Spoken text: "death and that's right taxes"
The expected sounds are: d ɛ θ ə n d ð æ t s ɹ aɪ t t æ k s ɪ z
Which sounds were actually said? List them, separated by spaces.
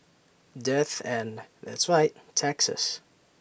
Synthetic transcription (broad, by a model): d ɛ θ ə n ð æ t s ɹ aɪ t t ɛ k s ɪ s